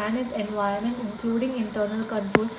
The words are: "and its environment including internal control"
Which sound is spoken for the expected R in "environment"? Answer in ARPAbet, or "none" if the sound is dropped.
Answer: none